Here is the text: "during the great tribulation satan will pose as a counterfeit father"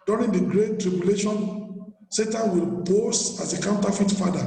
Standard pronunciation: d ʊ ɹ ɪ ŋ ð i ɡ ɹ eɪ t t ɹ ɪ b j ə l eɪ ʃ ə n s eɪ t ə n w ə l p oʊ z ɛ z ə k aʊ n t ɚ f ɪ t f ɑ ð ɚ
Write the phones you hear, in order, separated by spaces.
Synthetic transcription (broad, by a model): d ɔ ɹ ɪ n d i ɡ ɹ eɪ t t ɹ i b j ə l eɪ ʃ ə n s eɪ t ə n w ə l b oʊ s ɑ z ə k aʊ n t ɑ f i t f ɑ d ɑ